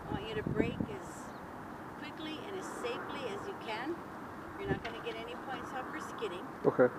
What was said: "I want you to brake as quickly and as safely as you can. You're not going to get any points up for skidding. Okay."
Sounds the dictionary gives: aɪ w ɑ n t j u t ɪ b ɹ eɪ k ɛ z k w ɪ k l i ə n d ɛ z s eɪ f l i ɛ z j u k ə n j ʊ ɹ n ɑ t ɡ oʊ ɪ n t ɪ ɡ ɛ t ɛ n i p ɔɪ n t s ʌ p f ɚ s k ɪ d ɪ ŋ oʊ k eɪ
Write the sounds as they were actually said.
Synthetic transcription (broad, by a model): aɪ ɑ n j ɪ t ɪ b ɹ eɪ k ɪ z k w ɪ k l i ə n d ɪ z s eɪ f l i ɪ z j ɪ k ə n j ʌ ɹ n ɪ t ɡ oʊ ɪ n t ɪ ɡ ɛ t ɛ n i p ɔɪ n t s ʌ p f ɚ s k ɪ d ɪ ŋ oʊ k eɪ